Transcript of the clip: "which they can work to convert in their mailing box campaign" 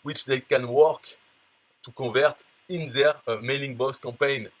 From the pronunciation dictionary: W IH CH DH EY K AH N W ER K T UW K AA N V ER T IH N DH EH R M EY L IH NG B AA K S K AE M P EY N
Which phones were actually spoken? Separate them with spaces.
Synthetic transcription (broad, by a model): W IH CH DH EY K AH N W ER K T UW K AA V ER T IH N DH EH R M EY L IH NG B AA S K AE M P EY N